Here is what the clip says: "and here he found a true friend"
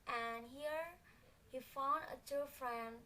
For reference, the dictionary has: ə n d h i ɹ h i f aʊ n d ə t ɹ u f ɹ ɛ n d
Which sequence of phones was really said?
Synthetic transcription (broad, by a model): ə n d h i ɹ h i f aʊ n d ə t u f ɹ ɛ n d